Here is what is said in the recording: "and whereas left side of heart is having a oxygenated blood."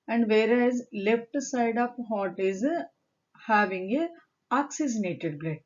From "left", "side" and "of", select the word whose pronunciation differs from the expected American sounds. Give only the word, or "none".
of